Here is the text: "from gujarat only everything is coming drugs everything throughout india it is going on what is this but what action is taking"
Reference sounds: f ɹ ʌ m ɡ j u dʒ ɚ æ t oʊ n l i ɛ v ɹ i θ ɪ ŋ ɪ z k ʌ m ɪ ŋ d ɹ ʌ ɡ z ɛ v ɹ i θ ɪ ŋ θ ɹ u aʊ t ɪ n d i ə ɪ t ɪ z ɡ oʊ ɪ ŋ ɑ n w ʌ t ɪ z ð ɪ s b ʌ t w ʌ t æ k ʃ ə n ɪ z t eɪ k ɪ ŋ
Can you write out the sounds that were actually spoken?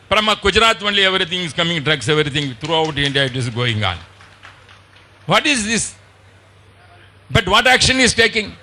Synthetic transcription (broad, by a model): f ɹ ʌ m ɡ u dʒ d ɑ t oʊ n l i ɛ v ɹ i t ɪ ŋ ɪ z k ʌ m ɪ ŋ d ɹ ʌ ɡ s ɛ v ɹ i t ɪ ŋ t ɹ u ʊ t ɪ n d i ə ɪ t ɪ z ɡ oʊ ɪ ŋ ɑ n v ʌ t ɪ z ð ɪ s b ʌ t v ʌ t æ k ʃ ə n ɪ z t eɪ k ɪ ŋ